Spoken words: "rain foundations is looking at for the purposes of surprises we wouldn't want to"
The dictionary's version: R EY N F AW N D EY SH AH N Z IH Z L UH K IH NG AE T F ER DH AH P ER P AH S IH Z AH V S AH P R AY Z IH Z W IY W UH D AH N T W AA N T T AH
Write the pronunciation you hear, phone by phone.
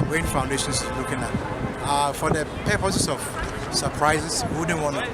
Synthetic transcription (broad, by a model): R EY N F AW N D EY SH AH N S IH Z L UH K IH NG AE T F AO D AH P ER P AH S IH S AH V S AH P R AY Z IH S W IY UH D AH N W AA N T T